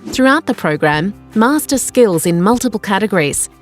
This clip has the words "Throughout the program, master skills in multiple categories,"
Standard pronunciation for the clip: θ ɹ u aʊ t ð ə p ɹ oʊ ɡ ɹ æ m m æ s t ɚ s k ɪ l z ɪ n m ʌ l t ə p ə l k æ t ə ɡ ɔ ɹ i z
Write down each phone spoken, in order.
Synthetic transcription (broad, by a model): θ ɹ u aʊ t ð ə p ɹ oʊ ɡ ɹ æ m m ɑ s t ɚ s k ɪ l z ɪ n m ʌ l t ə p ə l k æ t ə ɡ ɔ ɹ i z